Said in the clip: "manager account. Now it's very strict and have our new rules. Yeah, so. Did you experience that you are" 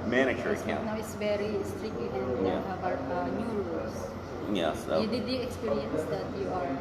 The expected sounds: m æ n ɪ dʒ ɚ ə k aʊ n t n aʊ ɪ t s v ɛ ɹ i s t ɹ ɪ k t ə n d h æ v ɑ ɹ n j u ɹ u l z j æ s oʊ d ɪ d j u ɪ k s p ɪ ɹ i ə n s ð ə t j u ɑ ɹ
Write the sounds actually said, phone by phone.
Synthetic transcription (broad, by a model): m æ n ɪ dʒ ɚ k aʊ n n aʊ ɪ t s v ɛ ɹ i s t ɹ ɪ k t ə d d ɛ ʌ b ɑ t n j u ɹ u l s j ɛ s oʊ d ɪ d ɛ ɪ k s p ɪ ɹ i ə n s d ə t j u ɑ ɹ